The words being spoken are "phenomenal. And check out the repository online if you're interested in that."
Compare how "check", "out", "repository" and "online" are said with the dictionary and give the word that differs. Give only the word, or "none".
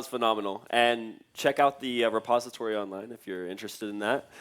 none